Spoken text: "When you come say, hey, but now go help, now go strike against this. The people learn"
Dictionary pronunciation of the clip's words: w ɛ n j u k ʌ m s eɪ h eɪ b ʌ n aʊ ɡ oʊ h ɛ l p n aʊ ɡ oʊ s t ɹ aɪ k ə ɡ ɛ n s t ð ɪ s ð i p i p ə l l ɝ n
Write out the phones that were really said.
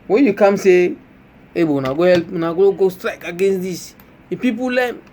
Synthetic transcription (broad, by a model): w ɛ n j u k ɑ m s eɪ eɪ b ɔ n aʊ ɡ oʊ h ɛ l p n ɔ ɡ oʊ s t ɹ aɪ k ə ɡ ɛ n s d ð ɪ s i p i p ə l l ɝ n